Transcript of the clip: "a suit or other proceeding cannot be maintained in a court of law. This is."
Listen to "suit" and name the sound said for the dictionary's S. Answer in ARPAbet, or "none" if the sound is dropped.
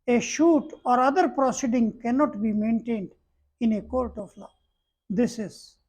SH